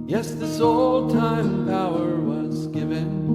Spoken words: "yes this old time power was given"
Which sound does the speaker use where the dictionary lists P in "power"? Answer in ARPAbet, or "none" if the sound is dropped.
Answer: B